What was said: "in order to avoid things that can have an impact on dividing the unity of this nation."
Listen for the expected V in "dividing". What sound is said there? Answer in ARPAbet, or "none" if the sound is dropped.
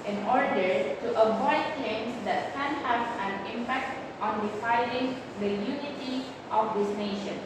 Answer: F